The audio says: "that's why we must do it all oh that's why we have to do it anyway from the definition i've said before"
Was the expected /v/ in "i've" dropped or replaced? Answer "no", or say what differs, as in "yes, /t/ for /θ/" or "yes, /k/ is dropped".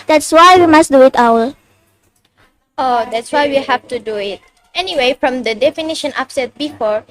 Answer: yes, /p/ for /v/